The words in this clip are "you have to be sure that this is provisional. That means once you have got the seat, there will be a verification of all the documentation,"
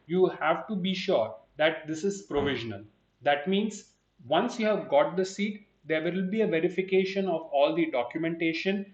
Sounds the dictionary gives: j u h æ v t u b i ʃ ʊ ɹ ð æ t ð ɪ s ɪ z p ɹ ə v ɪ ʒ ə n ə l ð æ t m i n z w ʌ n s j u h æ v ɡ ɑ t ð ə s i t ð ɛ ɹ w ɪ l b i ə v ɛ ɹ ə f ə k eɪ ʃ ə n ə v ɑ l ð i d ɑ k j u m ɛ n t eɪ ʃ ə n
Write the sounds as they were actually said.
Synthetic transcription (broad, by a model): j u h æ v t u b i ʃ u ɹ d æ t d ɪ s ɪ z p ɹ ə v ɪ ʒ ə n ə l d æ t m i n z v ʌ n s j u h æ v ɡ ɑ t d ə s i t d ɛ ɹ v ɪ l b i ə v ɛ ɹ ə f ə k eɪ ʃ ə n ə v ɑ l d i d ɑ k j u m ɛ n t eɪ ʃ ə n